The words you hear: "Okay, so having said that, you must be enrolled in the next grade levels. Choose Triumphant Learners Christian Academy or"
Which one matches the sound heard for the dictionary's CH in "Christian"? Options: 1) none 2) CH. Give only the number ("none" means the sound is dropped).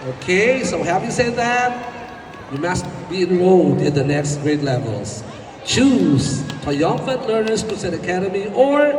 1